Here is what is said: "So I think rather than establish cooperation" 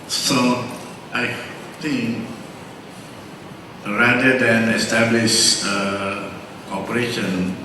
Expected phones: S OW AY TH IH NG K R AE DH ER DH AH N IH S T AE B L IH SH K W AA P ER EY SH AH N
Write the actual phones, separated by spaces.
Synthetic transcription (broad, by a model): S OW AY T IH NG K R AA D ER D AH N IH S T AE B L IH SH K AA P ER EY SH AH N